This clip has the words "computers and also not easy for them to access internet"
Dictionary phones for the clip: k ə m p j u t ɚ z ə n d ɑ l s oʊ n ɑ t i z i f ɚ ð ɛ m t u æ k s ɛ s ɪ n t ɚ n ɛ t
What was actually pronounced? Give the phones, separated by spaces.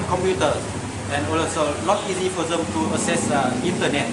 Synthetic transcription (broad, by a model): k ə m p j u t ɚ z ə n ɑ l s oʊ n ɑ t i z i f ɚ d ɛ m t u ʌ s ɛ s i n t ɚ n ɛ t